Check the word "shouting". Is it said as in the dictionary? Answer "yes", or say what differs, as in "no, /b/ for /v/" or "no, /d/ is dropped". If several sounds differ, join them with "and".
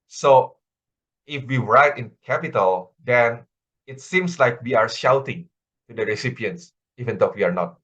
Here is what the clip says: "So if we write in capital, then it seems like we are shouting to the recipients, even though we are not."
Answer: yes